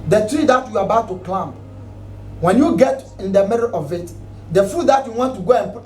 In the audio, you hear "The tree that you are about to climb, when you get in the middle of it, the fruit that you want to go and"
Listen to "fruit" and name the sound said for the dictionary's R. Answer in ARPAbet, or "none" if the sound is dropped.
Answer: none